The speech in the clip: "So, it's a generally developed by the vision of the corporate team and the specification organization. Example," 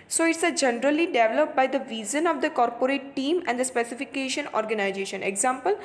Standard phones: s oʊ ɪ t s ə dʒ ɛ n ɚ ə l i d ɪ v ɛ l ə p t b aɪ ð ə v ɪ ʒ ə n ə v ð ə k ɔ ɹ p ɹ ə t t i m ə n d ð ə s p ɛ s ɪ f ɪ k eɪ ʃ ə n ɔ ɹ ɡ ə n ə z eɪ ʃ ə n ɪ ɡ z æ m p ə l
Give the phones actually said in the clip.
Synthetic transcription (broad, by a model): s oʊ ɪ t s ə dʒ ɛ n ɚ ə l i d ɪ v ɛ l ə p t b aɪ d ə v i z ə n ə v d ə k ɔ ɹ p ɹ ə t t i m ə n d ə s p ɛ s ɪ f ɪ k eɪ ʃ ə n ɔ ɹ ɡ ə n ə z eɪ ʃ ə n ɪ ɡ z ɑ m p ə l